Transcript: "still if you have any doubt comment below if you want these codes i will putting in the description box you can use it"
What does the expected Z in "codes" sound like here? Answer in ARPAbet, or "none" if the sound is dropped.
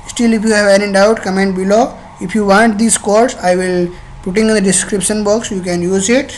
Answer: S